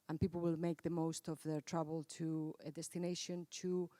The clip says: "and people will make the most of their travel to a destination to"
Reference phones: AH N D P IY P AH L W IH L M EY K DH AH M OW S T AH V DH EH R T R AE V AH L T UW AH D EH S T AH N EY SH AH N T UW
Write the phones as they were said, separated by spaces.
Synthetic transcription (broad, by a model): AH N P IY P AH L W IH L M EY K DH AH M OW S T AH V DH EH R T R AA B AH L T UW AH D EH S T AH N EY SH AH N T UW